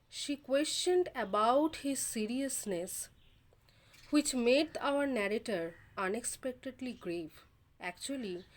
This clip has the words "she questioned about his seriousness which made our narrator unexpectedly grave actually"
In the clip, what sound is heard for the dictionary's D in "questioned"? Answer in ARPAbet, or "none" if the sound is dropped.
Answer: D